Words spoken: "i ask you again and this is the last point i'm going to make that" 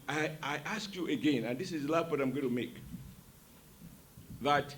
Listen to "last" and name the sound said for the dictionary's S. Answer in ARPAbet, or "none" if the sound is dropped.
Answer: none